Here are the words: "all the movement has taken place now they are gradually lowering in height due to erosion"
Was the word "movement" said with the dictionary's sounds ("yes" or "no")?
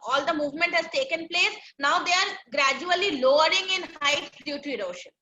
yes